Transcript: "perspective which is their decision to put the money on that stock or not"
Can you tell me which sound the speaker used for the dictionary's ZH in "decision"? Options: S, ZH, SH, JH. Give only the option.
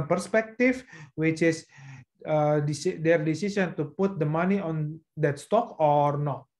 S